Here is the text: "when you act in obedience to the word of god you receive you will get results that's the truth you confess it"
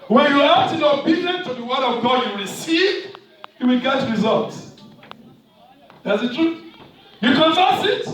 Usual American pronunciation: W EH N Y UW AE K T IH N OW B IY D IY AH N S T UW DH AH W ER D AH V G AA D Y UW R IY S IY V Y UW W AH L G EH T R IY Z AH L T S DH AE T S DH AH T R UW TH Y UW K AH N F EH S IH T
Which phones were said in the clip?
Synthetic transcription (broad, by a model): W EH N Y UW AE T IH N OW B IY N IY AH N T UW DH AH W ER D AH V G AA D Y UW R IY S IY V Y UW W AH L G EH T R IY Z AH L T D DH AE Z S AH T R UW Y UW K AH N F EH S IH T